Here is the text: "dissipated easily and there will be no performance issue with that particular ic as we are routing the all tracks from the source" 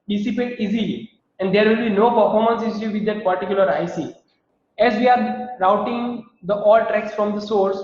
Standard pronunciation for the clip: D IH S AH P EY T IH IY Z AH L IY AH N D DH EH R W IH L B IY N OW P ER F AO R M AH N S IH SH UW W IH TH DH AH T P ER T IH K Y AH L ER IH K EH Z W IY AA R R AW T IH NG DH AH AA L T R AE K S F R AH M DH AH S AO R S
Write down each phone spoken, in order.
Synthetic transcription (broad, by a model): D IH S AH P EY T IY Z AH L IY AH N D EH R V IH L B IY N OW P ER F AO R M AH N S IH S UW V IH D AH T P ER T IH K Y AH L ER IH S EH Z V IY AA R R AW T IH NG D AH AA L T R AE K S F R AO M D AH S AO R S